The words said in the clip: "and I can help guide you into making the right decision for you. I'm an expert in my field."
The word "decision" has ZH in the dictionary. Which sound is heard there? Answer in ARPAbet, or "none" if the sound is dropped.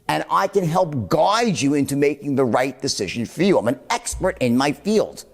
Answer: ZH